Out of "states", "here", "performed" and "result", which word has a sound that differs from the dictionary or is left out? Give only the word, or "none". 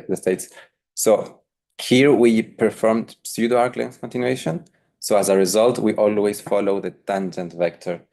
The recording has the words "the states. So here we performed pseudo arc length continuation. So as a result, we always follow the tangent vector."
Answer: none